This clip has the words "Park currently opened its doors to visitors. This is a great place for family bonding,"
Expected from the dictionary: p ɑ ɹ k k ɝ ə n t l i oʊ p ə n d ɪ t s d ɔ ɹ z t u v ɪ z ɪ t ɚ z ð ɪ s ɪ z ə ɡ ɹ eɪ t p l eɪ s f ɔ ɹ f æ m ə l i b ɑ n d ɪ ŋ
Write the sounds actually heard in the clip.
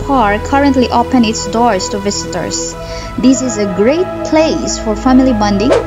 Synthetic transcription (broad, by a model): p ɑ ɹ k k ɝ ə n t l i oʊ p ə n ɪ t s d ɔ ɹ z t u v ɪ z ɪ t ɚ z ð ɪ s ɪ z ə ɡ ɹ eɪ t p l eɪ s f ɔ ɹ f æ m ə l i b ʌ n d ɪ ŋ